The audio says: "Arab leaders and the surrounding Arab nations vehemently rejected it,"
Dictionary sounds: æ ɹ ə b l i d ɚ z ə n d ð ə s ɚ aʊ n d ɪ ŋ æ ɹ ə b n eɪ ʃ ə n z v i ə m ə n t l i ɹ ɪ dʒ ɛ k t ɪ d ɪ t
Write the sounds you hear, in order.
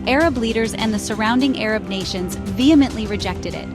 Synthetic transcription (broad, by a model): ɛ ɹ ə b l i d ɚ z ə n ð ə s ɚ aʊ n d ɪ ŋ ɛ ɹ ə b n eɪ ʃ ə n z v i ə m ə n t l i ɹ ɪ dʒ ɛ k t ɪ d ɪ t